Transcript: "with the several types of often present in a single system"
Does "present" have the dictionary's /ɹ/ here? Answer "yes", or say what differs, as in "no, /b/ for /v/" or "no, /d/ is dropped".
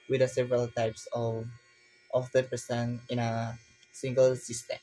no, /ɹ/ is dropped